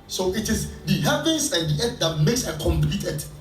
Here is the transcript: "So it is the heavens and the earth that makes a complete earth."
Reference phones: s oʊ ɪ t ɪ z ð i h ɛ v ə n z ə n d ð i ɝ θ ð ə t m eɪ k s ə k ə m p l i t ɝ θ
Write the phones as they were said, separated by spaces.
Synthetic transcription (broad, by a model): s oʊ ɪ t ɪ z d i h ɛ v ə n s ə n d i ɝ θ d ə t m eɪ k s ə k ə m p l i t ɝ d